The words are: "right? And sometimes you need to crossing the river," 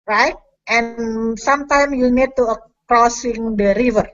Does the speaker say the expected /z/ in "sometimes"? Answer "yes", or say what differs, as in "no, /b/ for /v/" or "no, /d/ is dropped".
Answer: no, /z/ is dropped